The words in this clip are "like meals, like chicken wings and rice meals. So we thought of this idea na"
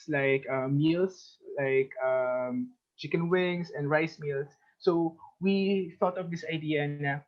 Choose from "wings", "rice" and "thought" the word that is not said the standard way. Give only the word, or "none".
wings